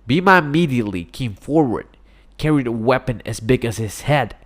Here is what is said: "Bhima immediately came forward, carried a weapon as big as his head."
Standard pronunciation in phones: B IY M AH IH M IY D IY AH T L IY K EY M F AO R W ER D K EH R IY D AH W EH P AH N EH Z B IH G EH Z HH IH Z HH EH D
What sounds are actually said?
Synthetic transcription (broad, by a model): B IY M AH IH M IY D IY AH T L IY K EY M F AO R W ER D K EH R IY D AH W EH P AH N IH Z B IH G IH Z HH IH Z HH EH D